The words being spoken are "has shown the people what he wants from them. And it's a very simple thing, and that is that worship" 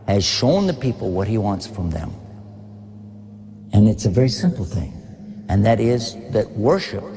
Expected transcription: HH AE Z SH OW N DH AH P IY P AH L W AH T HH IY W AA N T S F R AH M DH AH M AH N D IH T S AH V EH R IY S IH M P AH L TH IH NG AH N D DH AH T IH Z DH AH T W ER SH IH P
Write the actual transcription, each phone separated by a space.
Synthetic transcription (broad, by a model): HH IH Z SH OW N DH AH P IY P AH L W AH T HH IY W AA N T S F R AH M DH AH M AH N IH T S AH V EH R IY S IH M P L TH IH NG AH N DH AH T IH Z DH AH T W ER SH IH P